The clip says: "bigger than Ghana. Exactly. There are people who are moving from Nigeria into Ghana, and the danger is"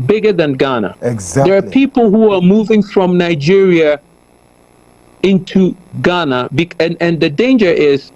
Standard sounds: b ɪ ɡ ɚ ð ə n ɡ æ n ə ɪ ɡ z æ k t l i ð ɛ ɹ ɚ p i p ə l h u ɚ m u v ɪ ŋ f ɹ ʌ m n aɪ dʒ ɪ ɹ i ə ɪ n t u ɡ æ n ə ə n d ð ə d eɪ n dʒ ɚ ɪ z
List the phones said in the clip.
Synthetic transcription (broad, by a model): b ɪ ɡ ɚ ð ə n ɡ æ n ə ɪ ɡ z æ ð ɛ ɹ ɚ p i p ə l h u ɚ m u v ɪ ŋ f ɹ ʌ m n aɪ dʒ ɪ ɹ i ə ɪ n t u ɡ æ n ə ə n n ð ə d eɪ n dʒ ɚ ɪ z